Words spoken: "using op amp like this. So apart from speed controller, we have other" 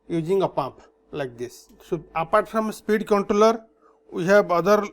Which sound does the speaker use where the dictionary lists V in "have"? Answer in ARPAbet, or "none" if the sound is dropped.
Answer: B